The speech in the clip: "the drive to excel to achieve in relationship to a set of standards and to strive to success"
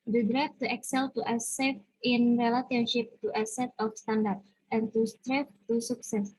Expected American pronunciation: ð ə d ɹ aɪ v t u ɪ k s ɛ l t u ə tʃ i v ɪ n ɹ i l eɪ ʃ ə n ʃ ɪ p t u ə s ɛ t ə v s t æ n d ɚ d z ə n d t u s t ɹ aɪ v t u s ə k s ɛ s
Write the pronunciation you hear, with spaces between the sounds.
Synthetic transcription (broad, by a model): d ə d ɹ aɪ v t u ɪ k s ɛ l t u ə s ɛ f ɪ n ɹ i l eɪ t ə n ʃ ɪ p t u ə s ɛ t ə f s t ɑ n d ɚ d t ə n t u s t ɹ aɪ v t u s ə k s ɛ s